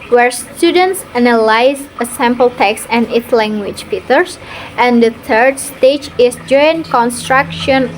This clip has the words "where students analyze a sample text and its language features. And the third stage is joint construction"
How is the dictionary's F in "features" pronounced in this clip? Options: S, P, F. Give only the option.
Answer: P